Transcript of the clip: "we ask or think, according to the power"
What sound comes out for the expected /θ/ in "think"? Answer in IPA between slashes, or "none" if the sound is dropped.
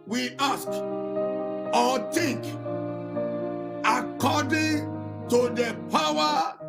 /t/